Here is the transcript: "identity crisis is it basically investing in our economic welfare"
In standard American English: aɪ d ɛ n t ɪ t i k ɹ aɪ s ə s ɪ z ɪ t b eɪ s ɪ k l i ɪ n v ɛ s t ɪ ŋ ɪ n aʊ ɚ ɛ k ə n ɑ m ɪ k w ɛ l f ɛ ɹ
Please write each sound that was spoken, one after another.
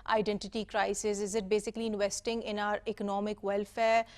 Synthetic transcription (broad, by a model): aɪ d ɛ n t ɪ t i k ɹ aɪ s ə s ɪ z ɪ t b eɪ s ɪ k l i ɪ n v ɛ s t ɪ ŋ ɪ n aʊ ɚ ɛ k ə n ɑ m ɪ k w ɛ l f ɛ ɹ